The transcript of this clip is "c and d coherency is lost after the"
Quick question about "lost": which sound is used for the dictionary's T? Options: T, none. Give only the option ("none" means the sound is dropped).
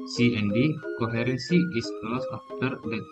none